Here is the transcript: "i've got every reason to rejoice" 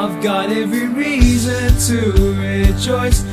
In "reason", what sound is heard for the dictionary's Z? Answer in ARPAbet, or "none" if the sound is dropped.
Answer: Z